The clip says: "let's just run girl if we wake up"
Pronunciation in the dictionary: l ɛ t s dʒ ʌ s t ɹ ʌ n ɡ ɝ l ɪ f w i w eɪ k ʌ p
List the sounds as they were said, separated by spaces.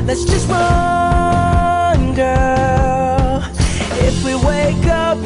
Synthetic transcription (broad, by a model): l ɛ t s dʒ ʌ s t w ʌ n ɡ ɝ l ɪ f w i w eɪ k ʌ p